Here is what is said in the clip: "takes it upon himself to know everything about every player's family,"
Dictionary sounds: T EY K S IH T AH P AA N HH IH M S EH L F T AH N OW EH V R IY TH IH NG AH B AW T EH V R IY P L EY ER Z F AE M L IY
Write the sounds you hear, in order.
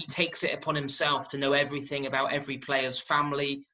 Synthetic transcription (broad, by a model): T EY K S IH T AH P AA N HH IH M S EH L F T AH N OW EH V R IY TH IH NG AH B AW T EH V R IY P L EY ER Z F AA M L IY